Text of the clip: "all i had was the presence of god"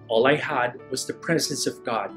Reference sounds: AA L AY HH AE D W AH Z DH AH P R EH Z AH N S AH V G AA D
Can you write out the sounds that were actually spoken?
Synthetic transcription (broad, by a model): AA L AY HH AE D W AH Z DH AH P R EH Z AH N S AH V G AA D